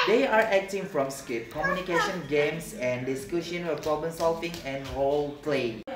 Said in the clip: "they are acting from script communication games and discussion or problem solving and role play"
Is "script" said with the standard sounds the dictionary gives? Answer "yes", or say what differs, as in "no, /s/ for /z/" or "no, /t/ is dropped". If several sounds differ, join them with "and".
no, /ɹ/ is dropped